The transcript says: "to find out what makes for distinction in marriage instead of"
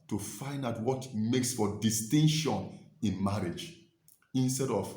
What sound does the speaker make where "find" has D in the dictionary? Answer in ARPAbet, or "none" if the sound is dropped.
D